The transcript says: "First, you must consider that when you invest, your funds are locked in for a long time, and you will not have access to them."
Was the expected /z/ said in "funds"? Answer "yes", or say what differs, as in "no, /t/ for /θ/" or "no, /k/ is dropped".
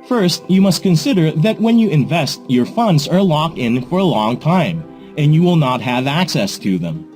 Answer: yes